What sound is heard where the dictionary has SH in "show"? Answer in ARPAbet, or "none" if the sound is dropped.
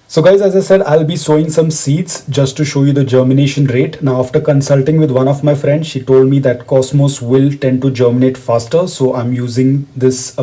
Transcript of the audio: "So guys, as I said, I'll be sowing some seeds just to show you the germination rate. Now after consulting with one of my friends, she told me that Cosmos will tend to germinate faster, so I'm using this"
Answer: SH